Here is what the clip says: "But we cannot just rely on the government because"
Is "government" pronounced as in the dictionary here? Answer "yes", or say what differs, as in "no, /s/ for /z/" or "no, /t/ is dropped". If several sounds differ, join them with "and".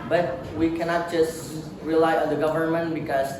yes